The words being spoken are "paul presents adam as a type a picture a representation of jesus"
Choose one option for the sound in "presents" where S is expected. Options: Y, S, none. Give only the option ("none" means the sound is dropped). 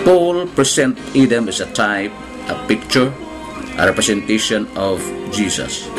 none